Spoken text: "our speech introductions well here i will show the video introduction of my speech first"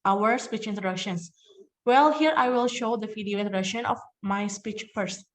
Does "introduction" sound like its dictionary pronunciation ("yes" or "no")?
no